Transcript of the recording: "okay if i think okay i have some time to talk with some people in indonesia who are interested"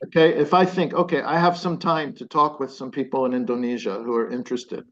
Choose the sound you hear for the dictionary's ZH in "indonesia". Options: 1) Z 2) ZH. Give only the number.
2